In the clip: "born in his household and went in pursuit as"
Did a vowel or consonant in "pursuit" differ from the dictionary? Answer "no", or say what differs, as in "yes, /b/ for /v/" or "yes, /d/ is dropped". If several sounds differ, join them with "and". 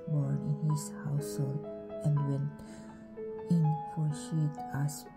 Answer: yes, /f/ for /p/